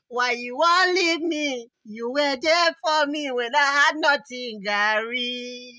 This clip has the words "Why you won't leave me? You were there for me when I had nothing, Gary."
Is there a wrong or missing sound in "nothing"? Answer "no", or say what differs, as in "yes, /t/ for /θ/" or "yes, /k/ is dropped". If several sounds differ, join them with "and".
yes, /t/ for /θ/